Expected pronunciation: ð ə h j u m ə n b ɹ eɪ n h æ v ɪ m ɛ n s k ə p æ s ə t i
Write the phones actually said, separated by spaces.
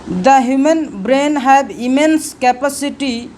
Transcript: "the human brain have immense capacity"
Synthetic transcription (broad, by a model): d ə h j u m ə n b ɹ eɪ n h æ b ɪ m ɛ n s k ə p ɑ s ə t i